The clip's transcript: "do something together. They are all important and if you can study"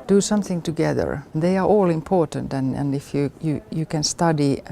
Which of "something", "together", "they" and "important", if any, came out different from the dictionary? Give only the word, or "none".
none